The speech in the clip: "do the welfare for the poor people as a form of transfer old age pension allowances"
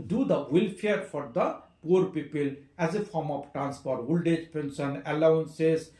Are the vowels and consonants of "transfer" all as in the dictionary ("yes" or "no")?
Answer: no